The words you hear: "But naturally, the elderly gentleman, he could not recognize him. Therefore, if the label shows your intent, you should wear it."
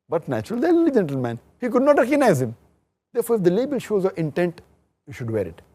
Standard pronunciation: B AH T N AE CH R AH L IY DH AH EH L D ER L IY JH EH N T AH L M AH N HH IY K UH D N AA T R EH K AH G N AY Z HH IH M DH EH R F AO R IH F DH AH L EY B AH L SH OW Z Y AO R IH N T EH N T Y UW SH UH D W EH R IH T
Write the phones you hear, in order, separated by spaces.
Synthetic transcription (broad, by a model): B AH T N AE CH AH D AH L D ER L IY JH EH N T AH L M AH N HH IY K UH D N AA T R EH K AH G N AY Z HH IH M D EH R F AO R IH F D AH L EY B AH L SH OW Z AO IH N T EH N T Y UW SH UH D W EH R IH T